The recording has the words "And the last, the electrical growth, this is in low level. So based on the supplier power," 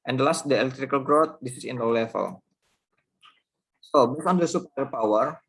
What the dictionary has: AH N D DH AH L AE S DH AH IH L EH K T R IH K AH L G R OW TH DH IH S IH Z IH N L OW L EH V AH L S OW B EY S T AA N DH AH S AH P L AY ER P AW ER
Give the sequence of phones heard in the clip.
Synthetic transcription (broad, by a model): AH N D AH L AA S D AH IH L EH K T R IH K AH L G R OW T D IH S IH S IH N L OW L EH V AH L S OW B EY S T AA N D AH S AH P AY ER P AW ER